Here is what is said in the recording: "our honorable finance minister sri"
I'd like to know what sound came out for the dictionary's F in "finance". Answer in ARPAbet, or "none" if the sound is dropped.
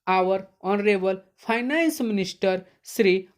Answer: P